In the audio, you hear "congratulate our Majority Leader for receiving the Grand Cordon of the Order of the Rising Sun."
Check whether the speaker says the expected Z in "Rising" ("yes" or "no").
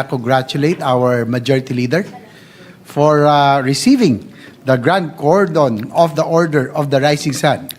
no